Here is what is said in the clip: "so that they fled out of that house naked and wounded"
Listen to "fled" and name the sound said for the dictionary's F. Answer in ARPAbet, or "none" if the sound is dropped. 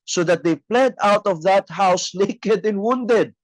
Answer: P